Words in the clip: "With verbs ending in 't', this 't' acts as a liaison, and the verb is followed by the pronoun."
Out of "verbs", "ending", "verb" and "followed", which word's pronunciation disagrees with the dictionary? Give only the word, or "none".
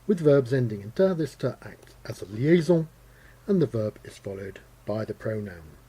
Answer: none